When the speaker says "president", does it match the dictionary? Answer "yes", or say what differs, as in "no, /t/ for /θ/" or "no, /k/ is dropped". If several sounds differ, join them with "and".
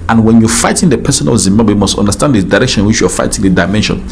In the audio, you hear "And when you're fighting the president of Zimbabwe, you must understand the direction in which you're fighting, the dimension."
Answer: no, /ɹ/ is dropped and /s/ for /z/ and /t/ is dropped